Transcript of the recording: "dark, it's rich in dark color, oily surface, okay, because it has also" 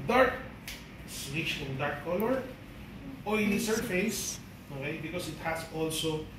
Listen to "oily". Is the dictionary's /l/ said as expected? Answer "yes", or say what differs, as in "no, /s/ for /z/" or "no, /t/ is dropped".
no, /n/ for /l/